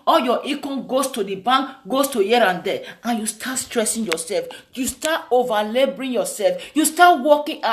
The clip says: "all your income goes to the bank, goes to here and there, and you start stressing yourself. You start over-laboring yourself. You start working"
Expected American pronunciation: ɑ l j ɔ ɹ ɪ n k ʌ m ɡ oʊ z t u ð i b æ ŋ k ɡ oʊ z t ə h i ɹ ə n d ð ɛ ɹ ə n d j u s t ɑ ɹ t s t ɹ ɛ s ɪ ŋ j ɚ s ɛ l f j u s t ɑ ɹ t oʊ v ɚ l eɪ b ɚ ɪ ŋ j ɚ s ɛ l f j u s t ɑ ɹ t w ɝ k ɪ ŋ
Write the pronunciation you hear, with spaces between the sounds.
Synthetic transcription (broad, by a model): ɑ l j ɔ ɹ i k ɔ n ɡ oʊ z t u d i b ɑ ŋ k ɡ oʊ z t ə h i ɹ ə n d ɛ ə n j u s t ɑ t s t ɹ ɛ s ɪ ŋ j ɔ s ɛ l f j u s t ɑ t oʊ v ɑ l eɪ b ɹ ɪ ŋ j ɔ s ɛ l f j u s t ɑ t w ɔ k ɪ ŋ